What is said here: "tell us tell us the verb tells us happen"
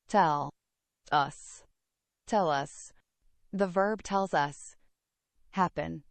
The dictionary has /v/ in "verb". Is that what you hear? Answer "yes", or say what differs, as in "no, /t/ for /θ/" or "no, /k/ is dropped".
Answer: yes